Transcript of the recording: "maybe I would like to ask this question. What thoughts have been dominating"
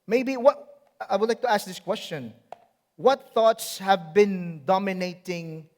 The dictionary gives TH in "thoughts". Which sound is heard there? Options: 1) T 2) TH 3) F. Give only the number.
2